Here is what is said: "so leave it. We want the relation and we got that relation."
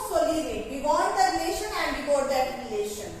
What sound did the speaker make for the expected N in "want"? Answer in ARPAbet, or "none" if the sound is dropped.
none